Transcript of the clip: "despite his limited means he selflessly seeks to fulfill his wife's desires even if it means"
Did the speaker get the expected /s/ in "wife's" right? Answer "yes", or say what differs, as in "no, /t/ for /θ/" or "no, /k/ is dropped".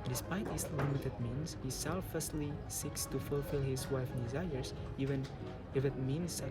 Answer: no, /s/ is dropped